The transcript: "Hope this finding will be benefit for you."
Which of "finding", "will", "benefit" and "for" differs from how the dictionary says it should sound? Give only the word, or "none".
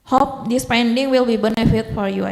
finding